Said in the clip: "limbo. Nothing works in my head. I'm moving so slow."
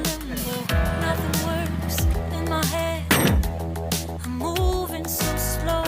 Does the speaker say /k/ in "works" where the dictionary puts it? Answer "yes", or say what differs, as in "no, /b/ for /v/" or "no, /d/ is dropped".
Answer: no, /k/ is dropped